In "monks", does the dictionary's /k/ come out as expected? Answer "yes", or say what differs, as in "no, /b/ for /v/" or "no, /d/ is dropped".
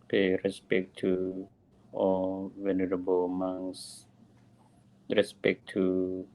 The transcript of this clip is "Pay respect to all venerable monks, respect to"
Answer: no, /k/ is dropped